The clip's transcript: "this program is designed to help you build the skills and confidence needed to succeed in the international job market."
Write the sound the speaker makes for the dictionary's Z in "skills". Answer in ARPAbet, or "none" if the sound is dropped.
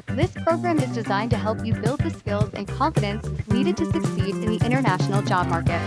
Z